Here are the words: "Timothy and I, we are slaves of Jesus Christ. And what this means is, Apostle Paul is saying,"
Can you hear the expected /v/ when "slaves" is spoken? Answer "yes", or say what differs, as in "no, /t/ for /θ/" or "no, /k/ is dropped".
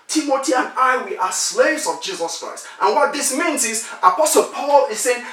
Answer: yes